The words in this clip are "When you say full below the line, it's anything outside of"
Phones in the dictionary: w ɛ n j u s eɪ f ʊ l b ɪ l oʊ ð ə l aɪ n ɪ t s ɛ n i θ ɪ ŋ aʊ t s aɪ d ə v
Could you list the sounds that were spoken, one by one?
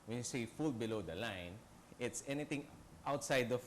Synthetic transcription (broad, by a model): w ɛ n j u s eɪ f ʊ l b ɪ l oʊ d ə l aɪ n ɪ t s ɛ n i t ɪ ŋ aʊ t s aɪ d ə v